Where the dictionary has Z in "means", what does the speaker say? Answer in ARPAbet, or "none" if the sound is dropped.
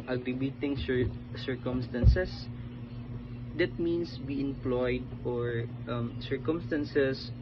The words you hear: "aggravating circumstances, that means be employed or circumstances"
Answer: S